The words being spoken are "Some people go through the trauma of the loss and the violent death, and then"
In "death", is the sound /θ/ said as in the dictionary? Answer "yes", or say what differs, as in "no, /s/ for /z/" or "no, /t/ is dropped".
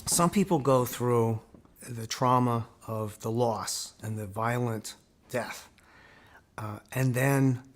yes